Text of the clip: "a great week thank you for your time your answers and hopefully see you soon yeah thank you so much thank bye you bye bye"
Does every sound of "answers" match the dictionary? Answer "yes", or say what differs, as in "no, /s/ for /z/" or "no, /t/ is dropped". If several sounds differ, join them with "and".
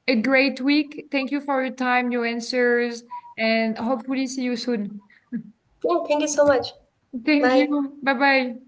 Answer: yes